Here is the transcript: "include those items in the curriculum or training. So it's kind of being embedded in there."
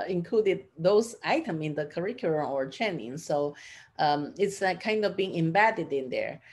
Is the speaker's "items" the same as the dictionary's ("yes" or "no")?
no